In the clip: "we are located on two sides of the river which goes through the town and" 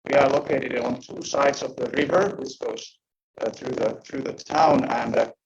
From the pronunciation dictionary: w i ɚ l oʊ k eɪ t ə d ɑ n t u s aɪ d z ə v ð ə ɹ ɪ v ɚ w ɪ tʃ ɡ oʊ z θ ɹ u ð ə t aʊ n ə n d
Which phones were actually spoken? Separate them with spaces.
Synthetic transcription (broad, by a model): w i ɚ l oʊ k eɪ t ə d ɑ n t u s aɪ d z ə v ð ə ɹ ɪ v ɚ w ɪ s ɡ oʊ z θ ɹ u ð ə t aʊ n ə n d